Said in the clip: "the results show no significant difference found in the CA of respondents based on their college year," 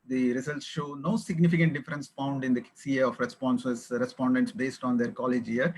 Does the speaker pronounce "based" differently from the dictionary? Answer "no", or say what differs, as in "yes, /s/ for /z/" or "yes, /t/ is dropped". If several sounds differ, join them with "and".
no